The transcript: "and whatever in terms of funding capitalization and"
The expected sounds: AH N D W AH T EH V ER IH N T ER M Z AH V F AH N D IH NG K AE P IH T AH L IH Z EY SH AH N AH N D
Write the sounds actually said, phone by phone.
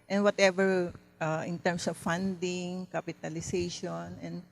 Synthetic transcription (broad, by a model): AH N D W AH T EH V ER IH N T ER M S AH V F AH N D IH NG K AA P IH T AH L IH S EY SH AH N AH N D